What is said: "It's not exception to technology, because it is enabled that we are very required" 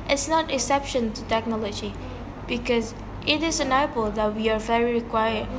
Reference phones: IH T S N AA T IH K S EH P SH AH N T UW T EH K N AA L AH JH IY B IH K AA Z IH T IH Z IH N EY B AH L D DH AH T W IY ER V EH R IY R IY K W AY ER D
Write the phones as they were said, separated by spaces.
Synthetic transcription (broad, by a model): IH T S N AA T IH K S EH P SH AH N T UW T EH K N AA L AH JH IY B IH K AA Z IH T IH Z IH N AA AH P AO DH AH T W IY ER V EH R IY R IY K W AY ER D